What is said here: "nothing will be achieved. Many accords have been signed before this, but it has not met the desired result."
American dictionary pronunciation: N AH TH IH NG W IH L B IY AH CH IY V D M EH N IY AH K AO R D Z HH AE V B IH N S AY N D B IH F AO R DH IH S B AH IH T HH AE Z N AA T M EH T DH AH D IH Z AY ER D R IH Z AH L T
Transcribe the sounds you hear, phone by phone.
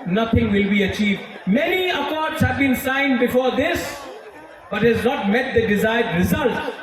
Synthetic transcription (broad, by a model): N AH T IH NG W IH L B IY AH CH IY V D M EH N IY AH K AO R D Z HH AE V B IH N S AY N D B IH F AO R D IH S B AH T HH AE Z N AA T M EH T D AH D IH Z AY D R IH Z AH L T